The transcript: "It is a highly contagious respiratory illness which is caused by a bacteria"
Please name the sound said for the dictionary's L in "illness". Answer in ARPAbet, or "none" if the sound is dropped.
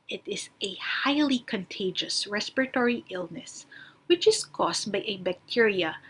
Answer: L